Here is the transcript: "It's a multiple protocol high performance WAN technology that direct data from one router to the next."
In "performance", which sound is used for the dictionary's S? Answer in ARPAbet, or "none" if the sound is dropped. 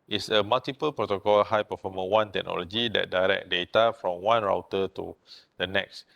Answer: none